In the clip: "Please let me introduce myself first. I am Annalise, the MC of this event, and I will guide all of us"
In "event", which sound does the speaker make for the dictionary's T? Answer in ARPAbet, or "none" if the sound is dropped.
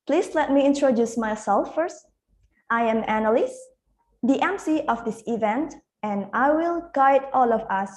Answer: T